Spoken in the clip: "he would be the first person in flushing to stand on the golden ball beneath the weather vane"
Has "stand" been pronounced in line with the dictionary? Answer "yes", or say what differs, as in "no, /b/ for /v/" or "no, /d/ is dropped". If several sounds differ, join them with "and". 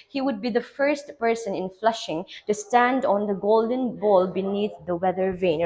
yes